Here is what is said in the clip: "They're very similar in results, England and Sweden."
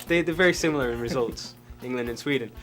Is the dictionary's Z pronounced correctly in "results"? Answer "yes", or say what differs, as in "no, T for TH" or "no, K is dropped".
yes